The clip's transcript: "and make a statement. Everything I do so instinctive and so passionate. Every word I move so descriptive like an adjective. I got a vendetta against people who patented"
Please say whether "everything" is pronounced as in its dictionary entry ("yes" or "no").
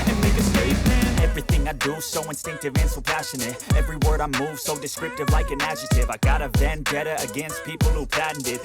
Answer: yes